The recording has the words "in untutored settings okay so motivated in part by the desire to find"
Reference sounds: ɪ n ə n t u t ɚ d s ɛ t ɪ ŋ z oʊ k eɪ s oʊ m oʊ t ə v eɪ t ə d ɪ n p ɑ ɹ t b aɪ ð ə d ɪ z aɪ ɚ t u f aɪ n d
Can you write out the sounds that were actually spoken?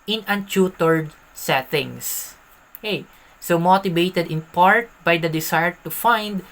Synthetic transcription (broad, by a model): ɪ n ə n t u t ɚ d s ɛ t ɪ ŋ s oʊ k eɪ s oʊ m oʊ t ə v eɪ t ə d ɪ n p ɑ ɹ t b aɪ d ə d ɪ s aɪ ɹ t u f aɪ n d